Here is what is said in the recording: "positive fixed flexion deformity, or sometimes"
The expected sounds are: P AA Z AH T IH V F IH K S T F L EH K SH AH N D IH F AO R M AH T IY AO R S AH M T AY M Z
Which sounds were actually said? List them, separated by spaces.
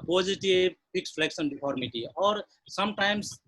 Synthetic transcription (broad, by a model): P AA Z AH T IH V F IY K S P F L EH K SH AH N D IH P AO R M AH T IY AO R S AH M T AY M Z